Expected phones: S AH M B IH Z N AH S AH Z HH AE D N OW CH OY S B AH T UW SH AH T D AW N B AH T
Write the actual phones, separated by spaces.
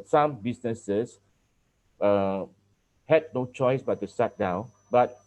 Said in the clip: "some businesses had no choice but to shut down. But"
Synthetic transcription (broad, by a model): S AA M B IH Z N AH S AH S HH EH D N OW CH OY S B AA T UW S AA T D AW N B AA T